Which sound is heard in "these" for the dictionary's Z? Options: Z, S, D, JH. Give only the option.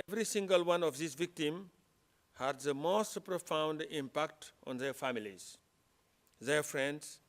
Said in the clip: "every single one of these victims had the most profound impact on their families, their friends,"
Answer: S